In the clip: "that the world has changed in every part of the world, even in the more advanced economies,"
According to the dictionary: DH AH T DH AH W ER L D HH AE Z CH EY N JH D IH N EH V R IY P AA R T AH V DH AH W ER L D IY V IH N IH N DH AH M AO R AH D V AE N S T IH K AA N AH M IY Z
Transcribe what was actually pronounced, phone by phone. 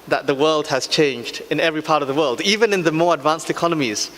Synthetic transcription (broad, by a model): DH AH T DH AH W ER L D HH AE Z CH EY N JH D IH N EH V R IY P AA R T AH V DH AH W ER L D IY V IH N IH N DH AH M AO R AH D V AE N S T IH K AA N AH M IY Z